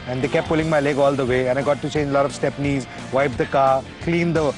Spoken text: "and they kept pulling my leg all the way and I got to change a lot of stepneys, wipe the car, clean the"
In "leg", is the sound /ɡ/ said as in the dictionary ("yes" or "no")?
yes